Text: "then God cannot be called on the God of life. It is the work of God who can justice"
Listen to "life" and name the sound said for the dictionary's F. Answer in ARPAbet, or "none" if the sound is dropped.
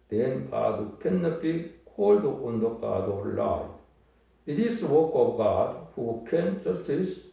none